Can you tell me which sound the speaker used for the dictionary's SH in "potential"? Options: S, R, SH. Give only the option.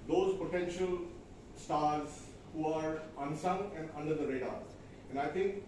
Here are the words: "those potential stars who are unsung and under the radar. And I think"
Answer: SH